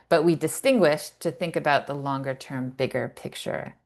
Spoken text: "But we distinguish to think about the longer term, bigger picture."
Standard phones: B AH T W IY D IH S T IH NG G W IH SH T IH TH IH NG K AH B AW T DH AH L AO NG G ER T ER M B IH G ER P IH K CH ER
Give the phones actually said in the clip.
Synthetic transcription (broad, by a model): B AH T W IY D IH S T IH NG G W IH SH T IH TH IH NG K AH B AW T DH AH L AO NG G ER T ER M B IH G ER P IH K CH ER